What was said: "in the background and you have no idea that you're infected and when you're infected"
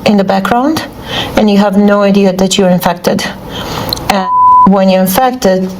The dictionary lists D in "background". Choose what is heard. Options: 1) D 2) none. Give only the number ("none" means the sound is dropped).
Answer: 1